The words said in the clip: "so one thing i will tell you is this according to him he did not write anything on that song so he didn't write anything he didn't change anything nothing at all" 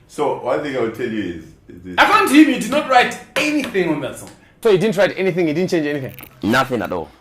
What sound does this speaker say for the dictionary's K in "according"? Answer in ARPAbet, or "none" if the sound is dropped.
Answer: none